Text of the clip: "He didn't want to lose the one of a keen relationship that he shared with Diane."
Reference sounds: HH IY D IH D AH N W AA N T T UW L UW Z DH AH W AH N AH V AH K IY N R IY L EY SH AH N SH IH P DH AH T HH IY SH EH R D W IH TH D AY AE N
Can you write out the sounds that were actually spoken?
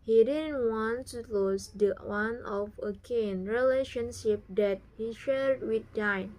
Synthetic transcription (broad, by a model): HH IY D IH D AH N W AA N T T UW L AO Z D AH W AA N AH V AH K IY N R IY L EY SH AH N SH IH P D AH T HH IY SH EH R D W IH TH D AY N